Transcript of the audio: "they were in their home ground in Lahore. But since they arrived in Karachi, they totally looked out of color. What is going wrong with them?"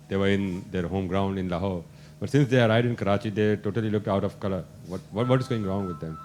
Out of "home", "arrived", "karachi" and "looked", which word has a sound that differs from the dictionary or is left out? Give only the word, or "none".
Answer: arrived